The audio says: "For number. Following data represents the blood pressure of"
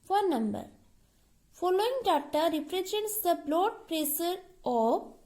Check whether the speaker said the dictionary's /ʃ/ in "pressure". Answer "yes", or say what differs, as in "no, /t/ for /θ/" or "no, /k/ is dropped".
no, /s/ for /ʃ/